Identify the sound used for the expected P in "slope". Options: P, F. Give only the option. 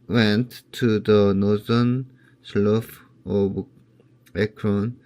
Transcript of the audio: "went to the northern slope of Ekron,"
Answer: F